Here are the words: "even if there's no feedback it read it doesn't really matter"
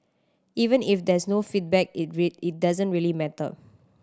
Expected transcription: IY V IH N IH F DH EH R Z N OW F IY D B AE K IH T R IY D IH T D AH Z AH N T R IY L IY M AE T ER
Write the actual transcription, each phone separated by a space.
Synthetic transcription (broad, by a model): IY V IH N IH F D EH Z N OW F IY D B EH K IH T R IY IH T D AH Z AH N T R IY L IY M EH T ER